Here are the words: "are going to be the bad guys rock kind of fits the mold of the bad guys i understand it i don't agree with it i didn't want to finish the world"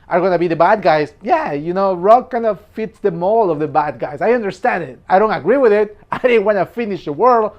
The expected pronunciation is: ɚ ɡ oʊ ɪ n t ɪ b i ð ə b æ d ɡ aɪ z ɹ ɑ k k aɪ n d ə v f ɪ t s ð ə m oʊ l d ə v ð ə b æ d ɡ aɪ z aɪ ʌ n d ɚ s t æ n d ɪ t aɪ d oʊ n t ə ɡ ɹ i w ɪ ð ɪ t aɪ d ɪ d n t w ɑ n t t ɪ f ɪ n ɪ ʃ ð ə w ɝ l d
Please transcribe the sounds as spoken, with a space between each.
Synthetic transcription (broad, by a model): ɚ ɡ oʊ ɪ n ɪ b i ð ə b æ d ɡ aɪ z ɹ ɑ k k aɪ n d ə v f ɪ t s ð ə m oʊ l ə v ð ə b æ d ɡ aɪ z aɪ ʌ n d ɚ s t æ n d ɪ t aɪ d oʊ n t ə ɡ ɹ i w ɪ ð ɪ t aɪ d ɪ d n t w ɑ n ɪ f ɪ n ɪ ʃ ð ə w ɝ l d